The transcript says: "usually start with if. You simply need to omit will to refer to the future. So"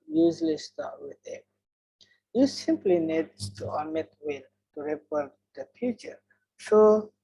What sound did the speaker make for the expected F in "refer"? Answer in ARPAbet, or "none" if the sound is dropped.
P